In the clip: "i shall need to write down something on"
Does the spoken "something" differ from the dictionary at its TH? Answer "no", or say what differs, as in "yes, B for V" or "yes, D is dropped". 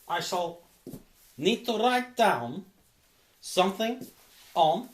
no